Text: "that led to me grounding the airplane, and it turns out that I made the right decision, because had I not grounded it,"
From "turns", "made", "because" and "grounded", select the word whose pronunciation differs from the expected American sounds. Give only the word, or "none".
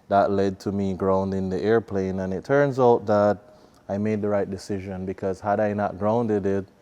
none